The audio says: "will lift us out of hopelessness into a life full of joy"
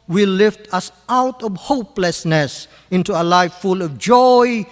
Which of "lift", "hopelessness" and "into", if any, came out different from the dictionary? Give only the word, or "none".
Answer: none